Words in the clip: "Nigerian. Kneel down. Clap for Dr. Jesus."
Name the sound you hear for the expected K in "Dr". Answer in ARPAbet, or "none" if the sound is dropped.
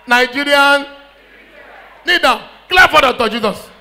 none